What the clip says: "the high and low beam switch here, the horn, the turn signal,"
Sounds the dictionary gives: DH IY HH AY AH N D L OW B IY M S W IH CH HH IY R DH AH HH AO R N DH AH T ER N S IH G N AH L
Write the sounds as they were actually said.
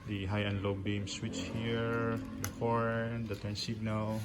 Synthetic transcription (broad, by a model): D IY HH AY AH N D L OW B IY M S W IH CH HH IY R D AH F AO R N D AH T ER N S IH G N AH L